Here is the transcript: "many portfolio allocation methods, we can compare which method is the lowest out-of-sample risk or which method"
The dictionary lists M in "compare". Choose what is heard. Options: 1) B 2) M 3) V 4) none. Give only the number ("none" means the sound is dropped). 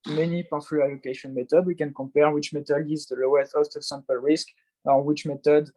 4